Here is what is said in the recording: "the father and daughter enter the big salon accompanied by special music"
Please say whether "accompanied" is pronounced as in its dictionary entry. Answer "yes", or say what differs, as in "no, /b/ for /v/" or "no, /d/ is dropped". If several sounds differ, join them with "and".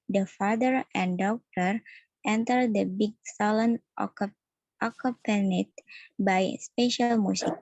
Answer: no, /m/ is dropped